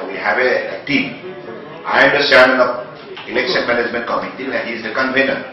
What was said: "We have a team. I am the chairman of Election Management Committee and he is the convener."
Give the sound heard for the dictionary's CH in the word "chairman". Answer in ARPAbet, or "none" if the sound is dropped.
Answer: S